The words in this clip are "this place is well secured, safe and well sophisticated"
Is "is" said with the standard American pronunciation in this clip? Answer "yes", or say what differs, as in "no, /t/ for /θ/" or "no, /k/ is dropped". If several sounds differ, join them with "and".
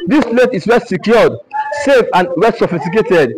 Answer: no, /s/ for /z/